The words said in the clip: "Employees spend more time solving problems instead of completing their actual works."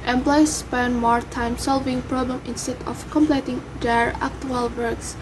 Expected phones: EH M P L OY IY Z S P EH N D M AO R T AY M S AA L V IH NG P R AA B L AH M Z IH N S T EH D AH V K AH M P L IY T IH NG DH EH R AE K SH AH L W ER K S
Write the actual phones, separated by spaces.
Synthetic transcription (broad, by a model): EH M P L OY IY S P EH N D M AO R T AY M S AA L V IH NG P R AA B L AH M IH N S T EH D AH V K AH M P L IY T IH NG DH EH R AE K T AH L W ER K S